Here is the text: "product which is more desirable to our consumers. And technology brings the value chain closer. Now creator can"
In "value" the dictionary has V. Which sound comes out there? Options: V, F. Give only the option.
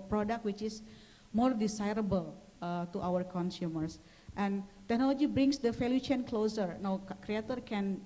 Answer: F